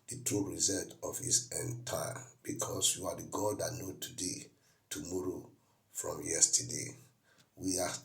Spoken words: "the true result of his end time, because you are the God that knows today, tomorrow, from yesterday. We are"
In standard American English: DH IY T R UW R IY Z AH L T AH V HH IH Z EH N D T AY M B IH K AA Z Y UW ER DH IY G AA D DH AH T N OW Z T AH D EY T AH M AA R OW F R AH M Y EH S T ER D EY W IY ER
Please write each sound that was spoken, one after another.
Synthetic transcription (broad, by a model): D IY T R UW R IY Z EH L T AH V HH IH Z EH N T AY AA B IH K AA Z Y UW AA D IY G AA D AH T N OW T AH D EY T AH M AA R OW F R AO M Y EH S T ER D EY W IY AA